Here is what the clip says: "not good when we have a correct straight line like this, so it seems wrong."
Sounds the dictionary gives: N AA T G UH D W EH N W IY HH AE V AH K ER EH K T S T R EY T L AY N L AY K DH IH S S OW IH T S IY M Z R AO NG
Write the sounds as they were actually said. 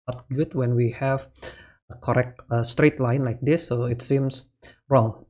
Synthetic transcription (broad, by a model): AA T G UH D W EH N W IY HH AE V AH K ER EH K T S T R EY T L AY N L AY K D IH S S OW IH T S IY M S R AO NG